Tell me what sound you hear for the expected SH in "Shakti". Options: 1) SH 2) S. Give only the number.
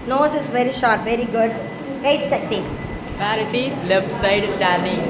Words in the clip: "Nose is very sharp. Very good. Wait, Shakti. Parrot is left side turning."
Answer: 2